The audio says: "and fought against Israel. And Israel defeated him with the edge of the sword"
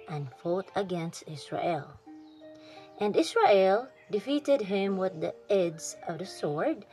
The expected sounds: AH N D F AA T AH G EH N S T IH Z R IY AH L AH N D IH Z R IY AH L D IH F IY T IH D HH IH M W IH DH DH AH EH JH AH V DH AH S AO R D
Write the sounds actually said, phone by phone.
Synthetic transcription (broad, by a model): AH N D F AA T AH G EH N S T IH S R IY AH L AH N D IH S R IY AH L D IH F IY T IH D HH IH M W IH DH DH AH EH Z AH V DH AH S AO R D